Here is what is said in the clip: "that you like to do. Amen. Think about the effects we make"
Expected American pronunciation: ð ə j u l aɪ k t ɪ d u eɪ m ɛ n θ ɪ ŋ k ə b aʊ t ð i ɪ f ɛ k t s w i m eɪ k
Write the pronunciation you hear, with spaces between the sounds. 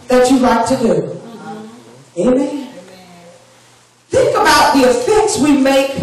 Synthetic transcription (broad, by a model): ð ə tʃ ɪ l aɪ t ɪ d u eɪ m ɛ n θ ɪ ŋ k ə b aʊ t ð i ɪ f ɛ k t s w i m eɪ k